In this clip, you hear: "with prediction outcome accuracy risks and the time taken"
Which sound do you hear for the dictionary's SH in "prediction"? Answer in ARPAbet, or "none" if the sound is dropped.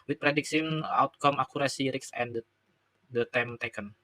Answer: S